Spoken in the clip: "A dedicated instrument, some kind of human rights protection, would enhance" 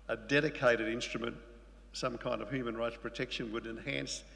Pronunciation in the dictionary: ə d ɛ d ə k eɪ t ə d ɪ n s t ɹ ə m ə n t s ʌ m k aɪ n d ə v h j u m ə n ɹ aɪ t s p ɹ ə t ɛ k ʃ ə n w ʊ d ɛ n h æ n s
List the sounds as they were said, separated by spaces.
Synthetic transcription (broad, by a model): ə d ɛ d ə k eɪ t ə d ɪ n s t ɹ ə m ə n t s ʌ m k aɪ n d ə v h j u m ə n ɹ aɪ t s p ɹ ə t ɛ k ʃ ə n w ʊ d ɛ n h æ n s